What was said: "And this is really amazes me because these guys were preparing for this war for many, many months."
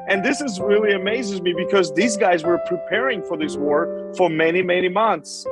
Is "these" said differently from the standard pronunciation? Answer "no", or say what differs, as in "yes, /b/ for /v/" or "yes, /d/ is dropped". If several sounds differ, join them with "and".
no